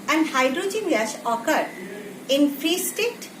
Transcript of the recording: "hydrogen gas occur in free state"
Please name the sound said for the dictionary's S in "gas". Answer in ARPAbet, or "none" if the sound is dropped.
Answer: SH